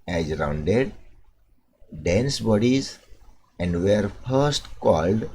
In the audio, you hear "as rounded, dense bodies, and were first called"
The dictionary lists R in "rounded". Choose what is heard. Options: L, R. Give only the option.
R